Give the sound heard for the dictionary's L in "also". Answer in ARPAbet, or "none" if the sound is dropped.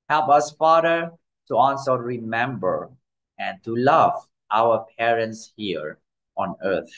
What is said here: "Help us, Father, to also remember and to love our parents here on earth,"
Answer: N